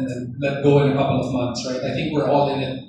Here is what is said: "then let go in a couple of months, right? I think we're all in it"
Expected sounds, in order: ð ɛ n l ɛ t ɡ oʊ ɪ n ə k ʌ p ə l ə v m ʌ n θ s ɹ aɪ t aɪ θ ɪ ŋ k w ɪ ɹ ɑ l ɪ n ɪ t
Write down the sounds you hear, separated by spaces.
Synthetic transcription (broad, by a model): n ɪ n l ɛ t ɡ oʊ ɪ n ə k ʌ p l ə v m ʌ n θ s ɹ aɪ t aɪ θ ɪ ŋ k w ɪ ɹ ɑ l ɪ n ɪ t